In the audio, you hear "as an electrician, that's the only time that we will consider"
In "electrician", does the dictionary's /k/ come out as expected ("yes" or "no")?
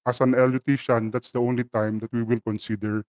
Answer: no